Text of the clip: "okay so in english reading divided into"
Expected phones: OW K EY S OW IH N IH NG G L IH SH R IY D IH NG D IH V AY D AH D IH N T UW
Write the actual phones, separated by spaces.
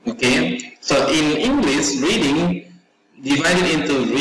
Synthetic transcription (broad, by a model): OW K EY S OW IH N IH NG G L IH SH R IY D IH NG D IH V AY D AH D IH N T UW